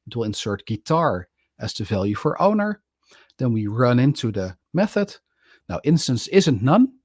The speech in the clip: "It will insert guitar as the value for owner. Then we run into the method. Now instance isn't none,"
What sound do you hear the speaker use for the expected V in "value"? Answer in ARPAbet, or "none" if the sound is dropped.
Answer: V